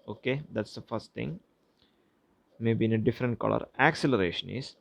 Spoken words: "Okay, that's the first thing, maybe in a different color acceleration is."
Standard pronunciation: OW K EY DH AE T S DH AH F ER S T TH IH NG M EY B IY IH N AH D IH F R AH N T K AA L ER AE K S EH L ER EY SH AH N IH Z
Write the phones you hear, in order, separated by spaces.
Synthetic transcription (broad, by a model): OW K EY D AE T S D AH F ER S T T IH NG M EY B IY IH N AH D IH F R AH N T K AA L ER AE K S EH L ER EY SH AH N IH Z